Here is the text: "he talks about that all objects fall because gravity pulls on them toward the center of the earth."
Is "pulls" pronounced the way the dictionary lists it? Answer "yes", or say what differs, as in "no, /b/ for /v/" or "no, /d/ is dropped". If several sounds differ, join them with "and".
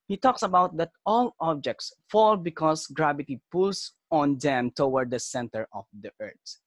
no, /s/ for /z/